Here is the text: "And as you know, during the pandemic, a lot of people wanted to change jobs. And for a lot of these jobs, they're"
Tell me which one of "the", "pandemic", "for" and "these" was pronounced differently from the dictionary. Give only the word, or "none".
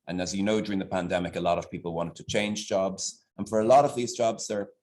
none